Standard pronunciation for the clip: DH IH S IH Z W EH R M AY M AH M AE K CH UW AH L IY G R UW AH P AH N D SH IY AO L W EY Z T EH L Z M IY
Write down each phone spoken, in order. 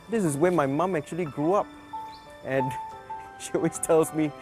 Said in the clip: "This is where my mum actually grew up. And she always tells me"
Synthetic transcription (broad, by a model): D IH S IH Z W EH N M AY M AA M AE K CH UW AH L IY G R UW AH P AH N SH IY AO W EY S T EH L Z M IY